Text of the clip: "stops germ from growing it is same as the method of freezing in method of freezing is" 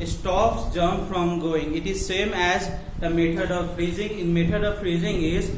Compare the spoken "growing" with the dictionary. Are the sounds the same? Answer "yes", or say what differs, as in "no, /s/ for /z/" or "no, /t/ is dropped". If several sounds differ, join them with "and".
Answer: no, /ɹ/ is dropped